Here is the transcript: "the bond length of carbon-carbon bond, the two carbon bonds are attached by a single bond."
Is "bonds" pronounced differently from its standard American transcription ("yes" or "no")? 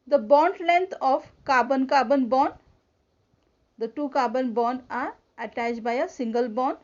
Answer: yes